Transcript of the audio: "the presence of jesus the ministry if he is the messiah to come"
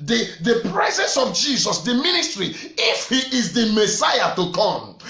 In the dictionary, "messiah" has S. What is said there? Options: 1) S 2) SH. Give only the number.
1